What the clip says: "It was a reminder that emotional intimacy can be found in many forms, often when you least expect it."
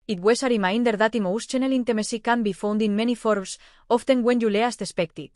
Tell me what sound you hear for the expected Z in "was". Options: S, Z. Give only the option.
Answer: S